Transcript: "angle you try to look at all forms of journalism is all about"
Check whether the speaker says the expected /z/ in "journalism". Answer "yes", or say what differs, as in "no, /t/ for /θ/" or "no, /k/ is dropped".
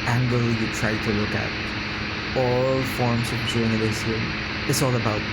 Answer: no, /s/ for /z/